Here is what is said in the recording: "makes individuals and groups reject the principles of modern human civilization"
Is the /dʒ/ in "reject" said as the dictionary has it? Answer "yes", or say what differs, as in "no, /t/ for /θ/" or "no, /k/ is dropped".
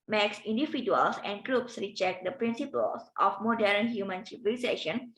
no, /tʃ/ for /dʒ/